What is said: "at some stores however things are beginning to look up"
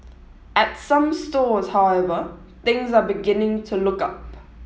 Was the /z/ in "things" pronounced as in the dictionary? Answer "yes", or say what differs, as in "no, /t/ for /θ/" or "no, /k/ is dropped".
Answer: yes